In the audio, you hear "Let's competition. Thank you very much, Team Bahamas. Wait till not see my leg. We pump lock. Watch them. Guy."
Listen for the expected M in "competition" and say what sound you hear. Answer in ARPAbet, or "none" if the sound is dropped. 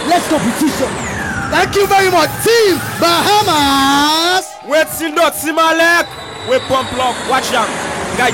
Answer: none